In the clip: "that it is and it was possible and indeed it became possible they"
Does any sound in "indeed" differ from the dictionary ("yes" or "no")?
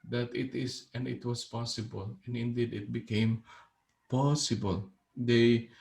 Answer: no